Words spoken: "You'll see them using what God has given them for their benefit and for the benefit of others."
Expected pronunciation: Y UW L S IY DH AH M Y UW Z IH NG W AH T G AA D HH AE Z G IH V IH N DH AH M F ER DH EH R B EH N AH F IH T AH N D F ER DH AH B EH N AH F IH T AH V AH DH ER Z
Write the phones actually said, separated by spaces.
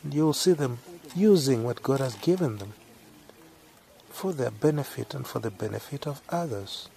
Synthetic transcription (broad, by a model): Y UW L S IY DH AH M Y UW Z IH NG W AH T G AA D HH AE Z G IH V IH N DH AH M F ER DH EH R B EH N AH F IH T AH N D F ER DH AH B EH N AH F IH T AH V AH DH ER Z